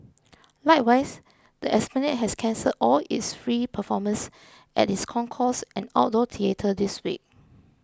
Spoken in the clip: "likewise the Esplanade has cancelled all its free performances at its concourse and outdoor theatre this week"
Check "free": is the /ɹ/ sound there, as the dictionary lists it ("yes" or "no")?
yes